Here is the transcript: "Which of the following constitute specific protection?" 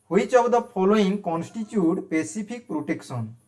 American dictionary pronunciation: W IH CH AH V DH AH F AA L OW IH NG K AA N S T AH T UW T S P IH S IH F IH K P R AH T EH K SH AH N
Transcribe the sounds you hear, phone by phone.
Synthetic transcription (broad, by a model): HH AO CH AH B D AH P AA L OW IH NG K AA N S T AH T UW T P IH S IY P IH K P R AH T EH K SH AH N